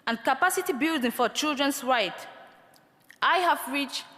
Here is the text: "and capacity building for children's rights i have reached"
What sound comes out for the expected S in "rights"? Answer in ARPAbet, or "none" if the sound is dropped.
none